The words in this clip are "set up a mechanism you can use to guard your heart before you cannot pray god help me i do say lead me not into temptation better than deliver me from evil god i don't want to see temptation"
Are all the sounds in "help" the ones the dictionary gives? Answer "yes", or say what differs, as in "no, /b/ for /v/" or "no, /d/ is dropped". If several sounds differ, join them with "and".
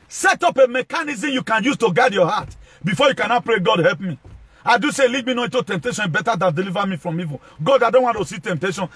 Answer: yes